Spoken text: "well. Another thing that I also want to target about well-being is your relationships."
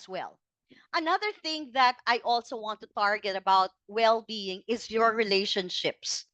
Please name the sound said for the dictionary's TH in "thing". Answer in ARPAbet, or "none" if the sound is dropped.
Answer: TH